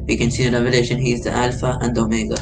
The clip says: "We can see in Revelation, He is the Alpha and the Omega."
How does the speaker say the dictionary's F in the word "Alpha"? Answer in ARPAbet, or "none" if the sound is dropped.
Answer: F